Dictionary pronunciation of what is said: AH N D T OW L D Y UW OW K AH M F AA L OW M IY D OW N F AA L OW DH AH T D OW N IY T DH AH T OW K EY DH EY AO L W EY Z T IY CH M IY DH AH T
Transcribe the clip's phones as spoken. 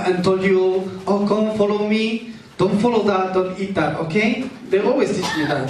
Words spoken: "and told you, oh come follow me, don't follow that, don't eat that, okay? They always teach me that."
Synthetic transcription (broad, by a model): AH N T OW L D Y UW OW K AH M F AA L OW M IY D OW N F AA L OW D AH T D OW N IY T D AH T OW K EY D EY AO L W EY S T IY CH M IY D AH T